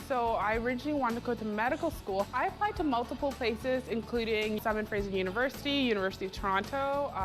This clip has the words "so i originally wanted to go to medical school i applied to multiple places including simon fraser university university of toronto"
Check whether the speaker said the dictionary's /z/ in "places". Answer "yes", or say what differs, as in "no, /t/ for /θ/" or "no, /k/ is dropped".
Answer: yes